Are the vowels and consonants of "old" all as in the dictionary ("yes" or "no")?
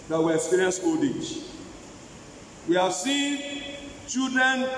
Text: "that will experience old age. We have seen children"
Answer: no